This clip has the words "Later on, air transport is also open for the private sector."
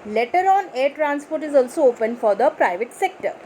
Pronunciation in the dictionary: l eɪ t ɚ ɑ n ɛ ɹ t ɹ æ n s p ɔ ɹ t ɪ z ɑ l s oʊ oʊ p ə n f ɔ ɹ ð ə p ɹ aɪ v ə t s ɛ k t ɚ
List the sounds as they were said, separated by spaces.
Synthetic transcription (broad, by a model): l eɪ t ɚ ɑ n ɛ ɹ t ɹ æ n s p ɔ ɹ t ɪ z ɑ l s oʊ oʊ p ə n f ɔ ɹ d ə p ɹ aɪ v ə t s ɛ k t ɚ